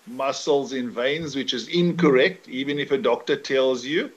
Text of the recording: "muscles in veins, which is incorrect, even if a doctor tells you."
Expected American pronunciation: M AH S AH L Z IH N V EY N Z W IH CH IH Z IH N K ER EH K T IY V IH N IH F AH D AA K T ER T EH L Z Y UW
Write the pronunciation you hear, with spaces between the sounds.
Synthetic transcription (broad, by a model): M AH S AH L Z IH N V EY N Z W IH CH IH Z IH N K ER EH K T IY V IH N IH F AH D AA K T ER T EH L Z Y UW